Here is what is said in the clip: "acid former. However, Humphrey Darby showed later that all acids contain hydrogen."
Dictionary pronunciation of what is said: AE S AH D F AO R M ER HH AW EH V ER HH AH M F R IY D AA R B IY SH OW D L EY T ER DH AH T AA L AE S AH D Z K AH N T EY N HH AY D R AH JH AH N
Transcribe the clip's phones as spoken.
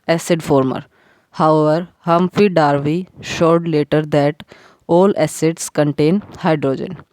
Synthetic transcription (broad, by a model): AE S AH D F AO R M ER HH AW EH V ER HH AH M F IY D AA R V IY SH OW D L EY T ER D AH T AA L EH S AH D S K AH N T EY N HH AY D R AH JH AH N